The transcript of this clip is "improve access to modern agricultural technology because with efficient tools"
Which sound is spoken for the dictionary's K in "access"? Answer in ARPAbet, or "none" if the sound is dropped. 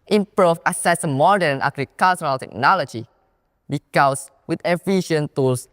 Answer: none